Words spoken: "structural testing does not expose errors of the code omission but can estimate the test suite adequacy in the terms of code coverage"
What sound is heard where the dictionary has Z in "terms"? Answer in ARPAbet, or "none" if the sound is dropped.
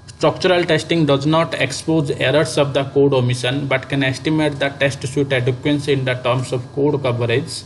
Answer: S